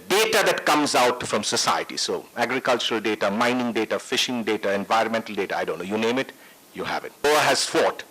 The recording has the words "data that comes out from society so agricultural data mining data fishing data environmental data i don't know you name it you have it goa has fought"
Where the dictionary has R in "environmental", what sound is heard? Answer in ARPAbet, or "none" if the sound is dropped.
R